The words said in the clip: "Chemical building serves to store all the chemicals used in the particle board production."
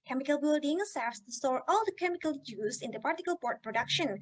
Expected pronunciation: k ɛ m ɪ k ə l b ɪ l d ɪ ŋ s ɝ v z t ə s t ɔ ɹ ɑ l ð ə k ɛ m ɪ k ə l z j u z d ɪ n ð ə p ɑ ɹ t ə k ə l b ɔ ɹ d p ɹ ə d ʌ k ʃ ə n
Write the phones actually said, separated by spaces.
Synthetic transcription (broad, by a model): k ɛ m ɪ k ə l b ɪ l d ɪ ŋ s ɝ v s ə s t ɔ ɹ ɑ l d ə k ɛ m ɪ k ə l j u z ɪ n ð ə p ɑ ɹ t ə k ə l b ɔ ɹ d p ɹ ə d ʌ k ʃ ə n